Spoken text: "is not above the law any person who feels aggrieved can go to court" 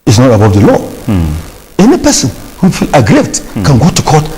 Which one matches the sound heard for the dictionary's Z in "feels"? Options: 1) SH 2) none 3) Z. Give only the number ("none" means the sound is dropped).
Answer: 2